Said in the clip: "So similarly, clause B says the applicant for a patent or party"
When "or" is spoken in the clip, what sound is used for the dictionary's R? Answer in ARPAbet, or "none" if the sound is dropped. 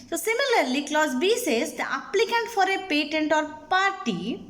R